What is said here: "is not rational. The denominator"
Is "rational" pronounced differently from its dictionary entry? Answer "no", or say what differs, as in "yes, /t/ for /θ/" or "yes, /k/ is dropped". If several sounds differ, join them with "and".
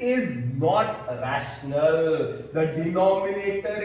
no